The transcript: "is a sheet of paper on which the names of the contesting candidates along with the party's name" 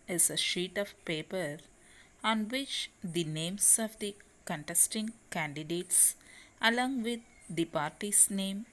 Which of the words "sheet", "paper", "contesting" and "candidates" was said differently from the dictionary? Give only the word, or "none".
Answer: none